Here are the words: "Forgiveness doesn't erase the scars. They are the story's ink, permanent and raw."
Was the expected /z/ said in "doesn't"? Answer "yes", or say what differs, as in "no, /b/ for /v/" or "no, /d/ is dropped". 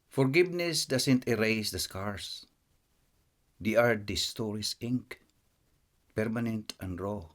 no, /s/ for /z/